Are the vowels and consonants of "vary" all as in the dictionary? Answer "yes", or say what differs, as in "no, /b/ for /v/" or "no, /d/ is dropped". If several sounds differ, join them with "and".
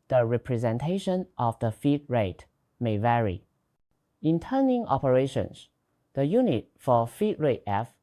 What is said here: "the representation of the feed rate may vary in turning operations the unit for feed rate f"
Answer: yes